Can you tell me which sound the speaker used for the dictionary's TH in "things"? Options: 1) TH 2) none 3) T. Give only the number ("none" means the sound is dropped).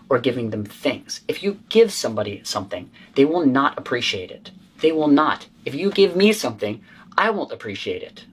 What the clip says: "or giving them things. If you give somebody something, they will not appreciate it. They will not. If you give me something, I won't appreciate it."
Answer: 1